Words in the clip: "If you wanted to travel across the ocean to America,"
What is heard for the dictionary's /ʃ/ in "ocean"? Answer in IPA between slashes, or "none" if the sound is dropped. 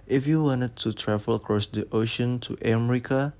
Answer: /ʃ/